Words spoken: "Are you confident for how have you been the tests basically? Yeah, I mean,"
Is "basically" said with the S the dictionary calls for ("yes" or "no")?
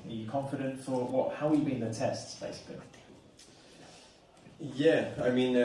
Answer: no